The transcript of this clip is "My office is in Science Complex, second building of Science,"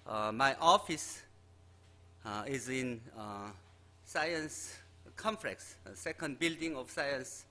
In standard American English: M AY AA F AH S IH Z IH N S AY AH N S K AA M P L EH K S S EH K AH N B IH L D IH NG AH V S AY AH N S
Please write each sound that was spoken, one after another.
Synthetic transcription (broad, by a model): M AY AA F AH S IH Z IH N S AY AH N S K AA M F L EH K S S EH K AH N B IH L D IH NG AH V S AY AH N S